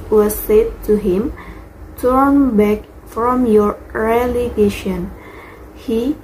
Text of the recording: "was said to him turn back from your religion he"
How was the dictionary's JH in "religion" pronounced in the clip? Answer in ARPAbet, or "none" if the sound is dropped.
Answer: SH